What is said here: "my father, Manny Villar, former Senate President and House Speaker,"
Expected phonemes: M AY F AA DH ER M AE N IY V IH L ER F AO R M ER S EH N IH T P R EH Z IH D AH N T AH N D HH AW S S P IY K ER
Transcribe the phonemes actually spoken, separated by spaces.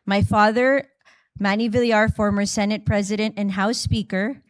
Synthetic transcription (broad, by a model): M AY F AA DH ER M AE N IY V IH L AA F AO R M ER S EH N IH T P R EH Z IH D AH N T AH N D HH AW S S P IY K ER